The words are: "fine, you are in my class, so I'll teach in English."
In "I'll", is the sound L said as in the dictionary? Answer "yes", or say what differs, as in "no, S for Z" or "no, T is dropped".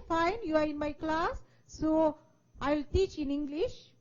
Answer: yes